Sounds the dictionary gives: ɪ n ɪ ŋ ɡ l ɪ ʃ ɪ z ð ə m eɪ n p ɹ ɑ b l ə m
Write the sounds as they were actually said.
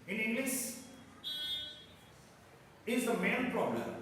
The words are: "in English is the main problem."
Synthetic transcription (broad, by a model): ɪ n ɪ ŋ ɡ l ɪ s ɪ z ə m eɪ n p ɹ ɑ b l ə m